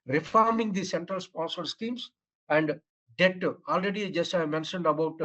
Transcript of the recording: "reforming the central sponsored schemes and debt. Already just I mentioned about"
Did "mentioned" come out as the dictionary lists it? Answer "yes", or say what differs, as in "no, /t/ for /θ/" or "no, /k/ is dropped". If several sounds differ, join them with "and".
yes